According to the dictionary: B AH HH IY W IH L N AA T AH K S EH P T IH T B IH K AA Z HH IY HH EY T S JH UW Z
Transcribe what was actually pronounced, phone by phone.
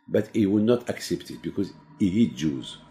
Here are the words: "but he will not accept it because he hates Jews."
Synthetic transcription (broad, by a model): B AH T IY W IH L N AA T AH K S EH P T IH T B IH K AA Z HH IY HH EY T JH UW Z